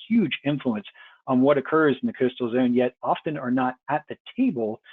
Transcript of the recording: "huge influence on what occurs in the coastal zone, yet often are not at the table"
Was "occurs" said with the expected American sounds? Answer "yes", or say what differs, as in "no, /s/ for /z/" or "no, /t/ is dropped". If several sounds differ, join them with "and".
yes